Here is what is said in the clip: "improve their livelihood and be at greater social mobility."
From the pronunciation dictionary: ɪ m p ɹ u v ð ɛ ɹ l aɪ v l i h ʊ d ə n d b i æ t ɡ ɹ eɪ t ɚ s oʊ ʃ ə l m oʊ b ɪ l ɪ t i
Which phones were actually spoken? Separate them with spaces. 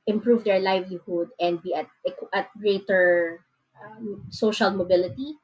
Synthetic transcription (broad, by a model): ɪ m p ɹ u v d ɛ ɹ l aɪ v l i h ʊ d ə n d b i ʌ t ɡ ɹ eɪ t ɚ s oʊ ʃ ə l m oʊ b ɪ l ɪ t i